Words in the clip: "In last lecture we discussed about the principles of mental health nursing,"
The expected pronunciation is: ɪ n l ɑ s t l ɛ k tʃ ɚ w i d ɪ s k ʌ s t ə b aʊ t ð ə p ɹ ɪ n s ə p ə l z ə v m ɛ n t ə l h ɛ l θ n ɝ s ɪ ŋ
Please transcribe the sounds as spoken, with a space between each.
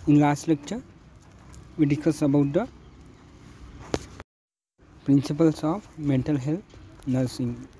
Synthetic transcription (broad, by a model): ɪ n l ɑ s t l ɛ k tʃ ɚ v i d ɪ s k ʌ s ə b aʊ t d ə p ɹ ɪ n s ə p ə l s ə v m ɛ n t ə l h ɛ l t n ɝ s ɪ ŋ